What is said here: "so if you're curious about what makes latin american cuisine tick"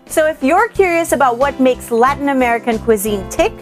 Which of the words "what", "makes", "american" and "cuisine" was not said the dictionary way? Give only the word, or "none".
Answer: none